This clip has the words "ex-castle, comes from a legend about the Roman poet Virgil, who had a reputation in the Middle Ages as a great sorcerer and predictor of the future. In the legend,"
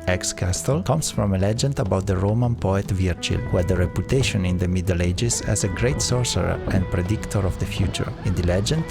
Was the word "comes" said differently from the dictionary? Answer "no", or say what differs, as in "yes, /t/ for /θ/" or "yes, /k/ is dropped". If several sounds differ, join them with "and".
yes, /s/ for /z/